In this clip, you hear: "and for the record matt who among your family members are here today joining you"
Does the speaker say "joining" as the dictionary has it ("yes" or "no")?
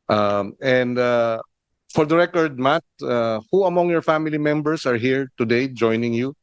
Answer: yes